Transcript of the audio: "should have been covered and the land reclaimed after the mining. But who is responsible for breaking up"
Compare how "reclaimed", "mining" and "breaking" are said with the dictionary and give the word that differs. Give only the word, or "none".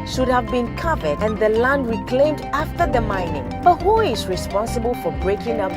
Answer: none